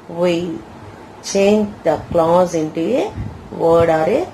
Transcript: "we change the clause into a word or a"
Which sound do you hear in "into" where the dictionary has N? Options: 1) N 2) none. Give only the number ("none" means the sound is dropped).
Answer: 1